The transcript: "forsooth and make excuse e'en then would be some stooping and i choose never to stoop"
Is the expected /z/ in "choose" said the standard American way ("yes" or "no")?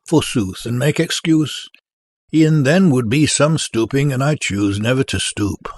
yes